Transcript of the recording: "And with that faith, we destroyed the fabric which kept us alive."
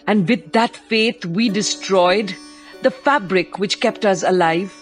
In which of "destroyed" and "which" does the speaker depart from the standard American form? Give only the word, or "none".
none